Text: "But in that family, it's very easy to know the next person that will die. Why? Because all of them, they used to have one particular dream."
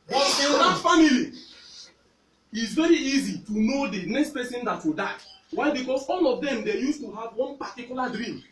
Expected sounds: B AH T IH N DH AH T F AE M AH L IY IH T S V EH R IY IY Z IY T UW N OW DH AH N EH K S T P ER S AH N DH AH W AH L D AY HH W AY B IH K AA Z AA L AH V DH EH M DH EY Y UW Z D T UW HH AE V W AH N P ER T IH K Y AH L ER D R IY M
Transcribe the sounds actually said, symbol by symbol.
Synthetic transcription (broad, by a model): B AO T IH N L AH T F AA M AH L IY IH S V EH R IY IY Z IY T UW N OW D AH N EH K S T P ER S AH N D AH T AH D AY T W AY B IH K AA S AA L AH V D EH M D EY Y UW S T UW HH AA V W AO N P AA T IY K Y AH L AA D R IY M